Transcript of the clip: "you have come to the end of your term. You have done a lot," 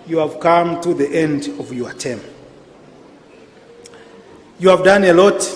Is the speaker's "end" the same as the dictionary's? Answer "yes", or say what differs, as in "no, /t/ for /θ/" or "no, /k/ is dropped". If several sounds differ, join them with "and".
yes